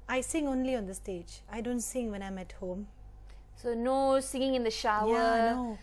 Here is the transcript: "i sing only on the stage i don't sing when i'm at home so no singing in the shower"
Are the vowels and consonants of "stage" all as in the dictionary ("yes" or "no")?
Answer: yes